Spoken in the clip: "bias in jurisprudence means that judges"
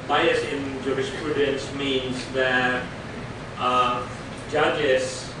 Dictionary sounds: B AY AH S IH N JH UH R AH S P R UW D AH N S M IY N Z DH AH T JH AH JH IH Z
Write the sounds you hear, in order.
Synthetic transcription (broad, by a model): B AY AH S IH N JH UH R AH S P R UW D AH N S M IY N Z DH AH T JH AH JH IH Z